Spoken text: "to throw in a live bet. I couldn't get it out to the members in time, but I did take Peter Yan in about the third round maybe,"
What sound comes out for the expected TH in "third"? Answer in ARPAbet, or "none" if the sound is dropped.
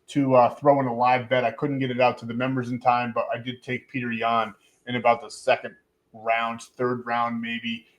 TH